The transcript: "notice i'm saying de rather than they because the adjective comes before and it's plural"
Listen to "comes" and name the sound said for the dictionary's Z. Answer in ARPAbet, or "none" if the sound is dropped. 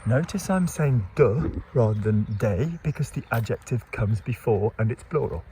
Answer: Z